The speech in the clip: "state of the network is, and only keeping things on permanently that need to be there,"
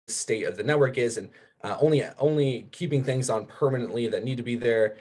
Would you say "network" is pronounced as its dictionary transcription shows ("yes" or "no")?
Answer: yes